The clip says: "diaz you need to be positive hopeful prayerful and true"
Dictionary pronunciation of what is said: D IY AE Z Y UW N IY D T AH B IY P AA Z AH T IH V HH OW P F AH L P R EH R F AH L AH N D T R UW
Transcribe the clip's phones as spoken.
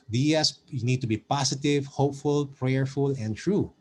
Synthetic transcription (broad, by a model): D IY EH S Y UW N IY D T AH B IY P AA S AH T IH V HH OW P F AH L P R EH R F AH L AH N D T R UW